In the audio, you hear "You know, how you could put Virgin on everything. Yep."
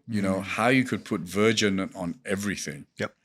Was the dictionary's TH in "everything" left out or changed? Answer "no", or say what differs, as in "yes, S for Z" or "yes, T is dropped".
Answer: no